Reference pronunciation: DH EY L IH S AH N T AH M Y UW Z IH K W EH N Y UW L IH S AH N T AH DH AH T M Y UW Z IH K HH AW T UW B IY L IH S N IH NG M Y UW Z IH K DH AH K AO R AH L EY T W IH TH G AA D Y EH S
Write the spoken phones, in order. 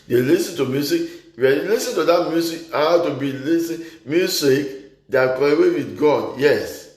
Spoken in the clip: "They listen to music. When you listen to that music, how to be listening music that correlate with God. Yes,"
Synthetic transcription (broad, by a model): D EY L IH S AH N T AH M Y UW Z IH K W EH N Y L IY S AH N T AH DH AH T M Y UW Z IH K HH AW T UW B IY L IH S IH M Y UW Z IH K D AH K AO AH W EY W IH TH G AA D Y EH S